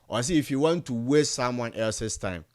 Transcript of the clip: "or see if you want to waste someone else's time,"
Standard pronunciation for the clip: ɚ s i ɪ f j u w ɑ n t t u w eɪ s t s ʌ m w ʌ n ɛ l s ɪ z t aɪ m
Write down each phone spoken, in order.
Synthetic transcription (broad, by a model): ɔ s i ɪ f j u w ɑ n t t u w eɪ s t s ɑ m w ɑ n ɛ l s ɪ s t aɪ m